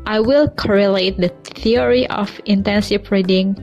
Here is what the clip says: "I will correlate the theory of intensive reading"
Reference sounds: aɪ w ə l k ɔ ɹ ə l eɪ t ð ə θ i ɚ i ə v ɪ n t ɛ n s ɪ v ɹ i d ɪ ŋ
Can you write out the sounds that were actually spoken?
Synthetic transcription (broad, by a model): aɪ w ə l k ɔ ɹ ə l eɪ t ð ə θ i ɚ i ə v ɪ n t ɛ n s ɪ p ɹ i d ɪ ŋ